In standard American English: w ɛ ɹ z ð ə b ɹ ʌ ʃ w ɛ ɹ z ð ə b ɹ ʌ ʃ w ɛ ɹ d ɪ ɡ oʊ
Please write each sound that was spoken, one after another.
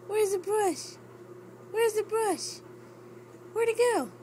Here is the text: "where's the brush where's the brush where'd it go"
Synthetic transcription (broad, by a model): w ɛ ɹ z ð ə b ɹ ʌ ʃ w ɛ ɹ z ð ə b ɹ ʌ ʃ w ɛ ɹ d ɪ ɡ oʊ